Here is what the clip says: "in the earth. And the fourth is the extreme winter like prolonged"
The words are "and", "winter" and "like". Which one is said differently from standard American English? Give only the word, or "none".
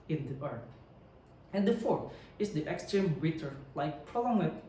winter